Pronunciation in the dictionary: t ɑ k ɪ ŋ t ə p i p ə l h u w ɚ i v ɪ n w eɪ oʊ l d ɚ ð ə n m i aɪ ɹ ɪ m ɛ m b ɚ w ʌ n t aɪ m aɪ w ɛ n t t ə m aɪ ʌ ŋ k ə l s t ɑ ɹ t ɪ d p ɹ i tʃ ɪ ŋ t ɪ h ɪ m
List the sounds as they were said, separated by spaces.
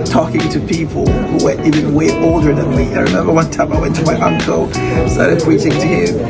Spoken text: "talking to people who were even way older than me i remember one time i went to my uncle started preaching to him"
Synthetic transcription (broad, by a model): t ɑ k ɪ ŋ t ə p i p ə l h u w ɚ i v ɪ n w eɪ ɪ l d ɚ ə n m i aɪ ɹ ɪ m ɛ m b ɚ w ʌ n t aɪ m aɪ w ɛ n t t ə m aɪ ʌ ŋ k ə l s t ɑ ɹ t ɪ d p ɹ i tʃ ɪ ŋ t ɪ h ɪ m